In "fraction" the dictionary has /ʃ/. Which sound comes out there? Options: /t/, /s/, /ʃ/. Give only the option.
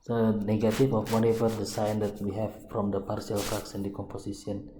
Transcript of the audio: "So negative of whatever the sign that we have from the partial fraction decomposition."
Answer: /s/